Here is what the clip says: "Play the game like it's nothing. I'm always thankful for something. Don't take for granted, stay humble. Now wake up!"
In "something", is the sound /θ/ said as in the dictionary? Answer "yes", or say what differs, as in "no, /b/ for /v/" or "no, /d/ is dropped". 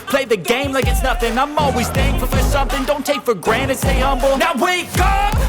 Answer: yes